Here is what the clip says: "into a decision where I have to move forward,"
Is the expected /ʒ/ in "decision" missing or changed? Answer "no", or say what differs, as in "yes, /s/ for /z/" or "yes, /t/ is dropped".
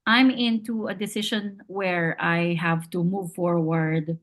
yes, /ʃ/ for /ʒ/